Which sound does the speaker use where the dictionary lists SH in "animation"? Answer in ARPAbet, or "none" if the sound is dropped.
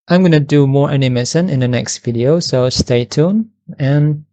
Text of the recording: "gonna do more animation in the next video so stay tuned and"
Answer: S